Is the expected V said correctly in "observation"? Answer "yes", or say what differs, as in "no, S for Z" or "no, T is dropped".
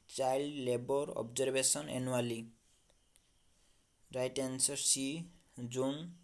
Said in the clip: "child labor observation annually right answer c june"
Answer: no, B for V